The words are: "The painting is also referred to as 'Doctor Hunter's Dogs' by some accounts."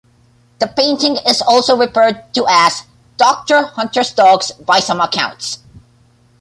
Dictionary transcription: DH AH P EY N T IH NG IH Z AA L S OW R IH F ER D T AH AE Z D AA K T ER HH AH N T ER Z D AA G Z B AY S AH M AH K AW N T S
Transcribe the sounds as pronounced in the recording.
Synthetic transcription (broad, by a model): DH AH P EY N T IH NG IH Z AA L S OW R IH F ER D T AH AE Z D AA K T ER HH AH N T ER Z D AA G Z B AY S AH M AH K AW N T S